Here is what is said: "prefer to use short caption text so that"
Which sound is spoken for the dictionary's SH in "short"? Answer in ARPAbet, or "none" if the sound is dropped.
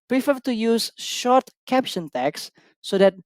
SH